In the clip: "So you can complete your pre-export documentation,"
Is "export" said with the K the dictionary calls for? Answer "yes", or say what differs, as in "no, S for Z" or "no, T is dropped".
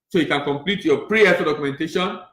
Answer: no, K is dropped